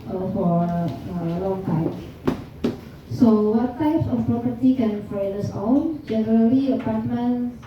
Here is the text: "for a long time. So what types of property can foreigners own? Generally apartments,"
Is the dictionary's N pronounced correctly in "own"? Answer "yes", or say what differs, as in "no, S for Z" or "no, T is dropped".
no, L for N